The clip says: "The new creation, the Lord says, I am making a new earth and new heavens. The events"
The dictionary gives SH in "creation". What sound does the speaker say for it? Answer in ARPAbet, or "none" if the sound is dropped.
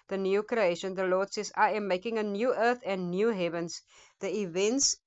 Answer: SH